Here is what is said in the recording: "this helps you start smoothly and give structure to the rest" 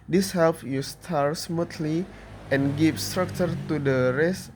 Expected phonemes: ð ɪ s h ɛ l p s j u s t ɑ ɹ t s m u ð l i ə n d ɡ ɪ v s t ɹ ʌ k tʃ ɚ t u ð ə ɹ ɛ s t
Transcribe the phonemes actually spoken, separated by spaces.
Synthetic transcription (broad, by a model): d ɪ s h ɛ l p j u s t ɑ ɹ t s m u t l i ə n ɡ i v s t ɹ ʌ k tʃ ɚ t u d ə ɹ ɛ s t